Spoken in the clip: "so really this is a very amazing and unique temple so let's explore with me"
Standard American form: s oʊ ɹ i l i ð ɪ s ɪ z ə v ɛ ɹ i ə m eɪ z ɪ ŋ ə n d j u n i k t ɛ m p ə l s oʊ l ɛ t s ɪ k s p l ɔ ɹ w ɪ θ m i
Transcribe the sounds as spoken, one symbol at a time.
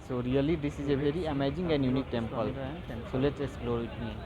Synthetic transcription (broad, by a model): s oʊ ɹ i l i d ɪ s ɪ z ə b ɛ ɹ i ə m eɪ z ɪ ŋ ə n j u n i k t ɛ m p ə l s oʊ l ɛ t ɪ k s p l ɔ ɹ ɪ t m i